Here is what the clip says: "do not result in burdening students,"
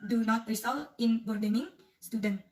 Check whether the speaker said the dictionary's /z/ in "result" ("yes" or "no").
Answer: no